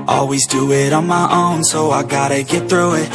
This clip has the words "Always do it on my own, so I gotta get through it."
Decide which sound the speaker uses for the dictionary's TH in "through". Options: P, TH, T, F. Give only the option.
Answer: TH